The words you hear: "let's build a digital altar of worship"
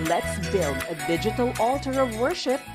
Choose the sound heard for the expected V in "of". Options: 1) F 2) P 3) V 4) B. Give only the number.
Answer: 3